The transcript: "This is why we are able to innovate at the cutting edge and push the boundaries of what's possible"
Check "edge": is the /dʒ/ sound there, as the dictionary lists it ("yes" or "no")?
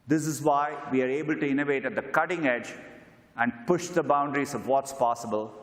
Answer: yes